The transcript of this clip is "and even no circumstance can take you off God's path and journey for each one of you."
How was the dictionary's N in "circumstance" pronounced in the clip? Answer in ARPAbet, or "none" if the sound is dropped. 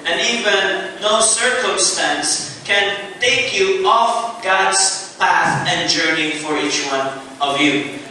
N